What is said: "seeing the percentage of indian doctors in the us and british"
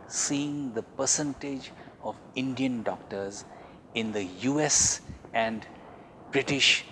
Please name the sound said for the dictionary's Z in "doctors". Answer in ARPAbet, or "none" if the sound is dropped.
Z